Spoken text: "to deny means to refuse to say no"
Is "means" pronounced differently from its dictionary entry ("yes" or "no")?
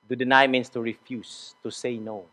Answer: yes